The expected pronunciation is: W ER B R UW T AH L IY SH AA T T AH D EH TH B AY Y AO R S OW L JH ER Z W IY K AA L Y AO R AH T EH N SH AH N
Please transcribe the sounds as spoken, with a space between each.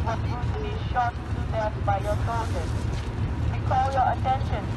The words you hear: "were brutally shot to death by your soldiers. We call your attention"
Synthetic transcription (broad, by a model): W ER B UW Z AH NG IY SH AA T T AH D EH S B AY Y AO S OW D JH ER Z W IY K AA L Y AO R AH T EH N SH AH N